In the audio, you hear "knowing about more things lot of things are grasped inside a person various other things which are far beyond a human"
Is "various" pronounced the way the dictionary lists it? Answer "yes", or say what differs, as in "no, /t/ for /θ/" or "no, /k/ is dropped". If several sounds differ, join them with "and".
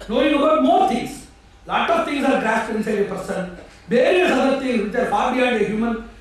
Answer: no, /b/ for /v/